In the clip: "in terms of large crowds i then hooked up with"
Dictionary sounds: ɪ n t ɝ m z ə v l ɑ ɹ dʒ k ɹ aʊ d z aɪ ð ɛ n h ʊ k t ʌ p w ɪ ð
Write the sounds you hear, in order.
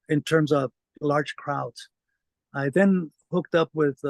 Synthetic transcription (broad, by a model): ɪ n t ɝ m z ə v l ɑ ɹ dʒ k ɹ aʊ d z aɪ ð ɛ n h ʊ k t ʌ p w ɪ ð